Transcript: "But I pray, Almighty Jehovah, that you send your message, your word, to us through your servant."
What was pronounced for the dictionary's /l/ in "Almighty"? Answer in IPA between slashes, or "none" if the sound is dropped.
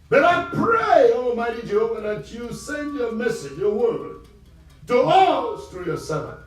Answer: /l/